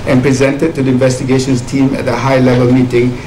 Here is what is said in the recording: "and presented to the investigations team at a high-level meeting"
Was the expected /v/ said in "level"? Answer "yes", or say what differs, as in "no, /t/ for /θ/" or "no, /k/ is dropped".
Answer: yes